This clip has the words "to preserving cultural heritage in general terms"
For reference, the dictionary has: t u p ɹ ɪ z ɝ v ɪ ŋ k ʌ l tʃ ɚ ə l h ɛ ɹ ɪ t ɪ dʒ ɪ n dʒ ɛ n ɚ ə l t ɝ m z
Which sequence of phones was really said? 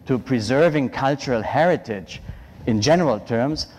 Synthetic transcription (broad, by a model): t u p ɹ ɪ z ɝ v ɪ ŋ k ʌ l tʃ ɚ ə l h ɛ ɹ ɪ t ɪ dʒ ɪ n dʒ ɛ n ɚ ə l t ɝ m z